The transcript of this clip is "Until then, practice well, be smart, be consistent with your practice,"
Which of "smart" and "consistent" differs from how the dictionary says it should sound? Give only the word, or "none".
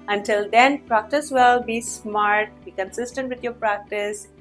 none